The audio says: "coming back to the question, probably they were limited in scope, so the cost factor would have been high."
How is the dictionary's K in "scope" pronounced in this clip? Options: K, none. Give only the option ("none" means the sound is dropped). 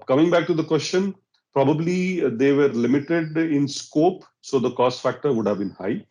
K